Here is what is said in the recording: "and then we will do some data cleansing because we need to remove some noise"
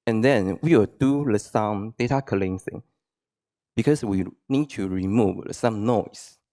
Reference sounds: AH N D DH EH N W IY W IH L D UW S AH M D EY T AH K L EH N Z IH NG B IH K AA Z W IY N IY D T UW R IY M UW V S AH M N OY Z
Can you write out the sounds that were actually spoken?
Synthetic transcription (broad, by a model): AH N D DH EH N W IY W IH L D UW S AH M D EY T AH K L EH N S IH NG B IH K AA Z W IY N IY D T UW R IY M UW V S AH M N OY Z